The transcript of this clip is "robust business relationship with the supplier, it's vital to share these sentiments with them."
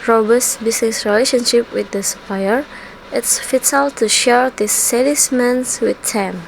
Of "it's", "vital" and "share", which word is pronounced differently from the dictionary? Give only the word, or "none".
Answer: vital